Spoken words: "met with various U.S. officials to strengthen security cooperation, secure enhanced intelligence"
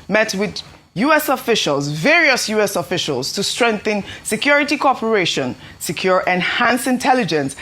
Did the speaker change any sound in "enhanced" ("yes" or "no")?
yes